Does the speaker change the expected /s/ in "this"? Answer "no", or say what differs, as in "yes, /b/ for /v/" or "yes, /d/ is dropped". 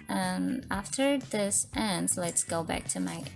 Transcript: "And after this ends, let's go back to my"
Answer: no